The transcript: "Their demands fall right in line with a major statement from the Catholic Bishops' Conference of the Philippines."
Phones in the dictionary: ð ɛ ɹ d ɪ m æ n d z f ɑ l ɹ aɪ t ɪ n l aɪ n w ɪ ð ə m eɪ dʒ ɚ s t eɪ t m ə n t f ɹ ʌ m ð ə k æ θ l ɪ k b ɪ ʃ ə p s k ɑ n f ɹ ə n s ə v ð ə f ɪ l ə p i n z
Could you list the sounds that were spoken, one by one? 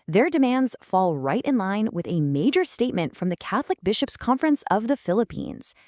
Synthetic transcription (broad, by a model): ð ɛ ɹ d ɪ m æ n d z f ɑ l ɹ aɪ t ɪ n l aɪ n w ɪ ð ə m eɪ dʒ ɚ s t eɪ t m ə n t f ɹ ʌ m ð ə k æ θ l ɪ k b ɪ ʃ ə p s k ɑ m f ɹ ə n s ə v ð ə f ɪ l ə p i n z